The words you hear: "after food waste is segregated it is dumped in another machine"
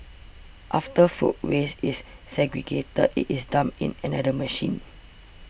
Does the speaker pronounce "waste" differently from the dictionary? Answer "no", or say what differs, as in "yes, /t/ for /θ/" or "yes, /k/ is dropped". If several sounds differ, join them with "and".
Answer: yes, /t/ is dropped